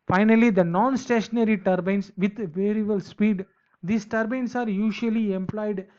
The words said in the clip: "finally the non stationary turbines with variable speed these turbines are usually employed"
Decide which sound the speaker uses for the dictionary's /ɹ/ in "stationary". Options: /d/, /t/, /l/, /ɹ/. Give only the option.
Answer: /ɹ/